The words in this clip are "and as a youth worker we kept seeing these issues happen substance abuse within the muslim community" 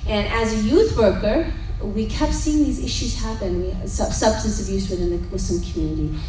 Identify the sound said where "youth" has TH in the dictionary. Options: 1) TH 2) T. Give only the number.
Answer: 1